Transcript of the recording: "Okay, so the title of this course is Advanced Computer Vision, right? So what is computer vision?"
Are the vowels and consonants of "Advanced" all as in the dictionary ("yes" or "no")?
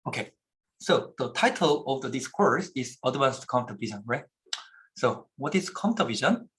no